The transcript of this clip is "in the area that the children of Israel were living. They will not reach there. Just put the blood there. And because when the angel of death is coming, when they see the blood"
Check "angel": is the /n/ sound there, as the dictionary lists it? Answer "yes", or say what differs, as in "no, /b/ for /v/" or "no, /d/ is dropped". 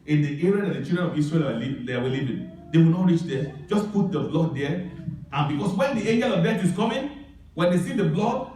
yes